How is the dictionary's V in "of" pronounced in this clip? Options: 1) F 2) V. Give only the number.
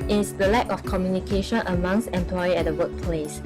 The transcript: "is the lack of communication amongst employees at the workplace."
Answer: 1